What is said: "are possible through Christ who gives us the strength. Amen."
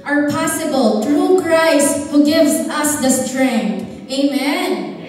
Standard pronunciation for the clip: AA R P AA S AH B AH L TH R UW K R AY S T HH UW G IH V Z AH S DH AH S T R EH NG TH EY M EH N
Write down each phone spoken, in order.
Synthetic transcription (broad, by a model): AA R P AA S AH B AH L T R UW K R AY S T HH UW G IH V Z AH S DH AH S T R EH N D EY M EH N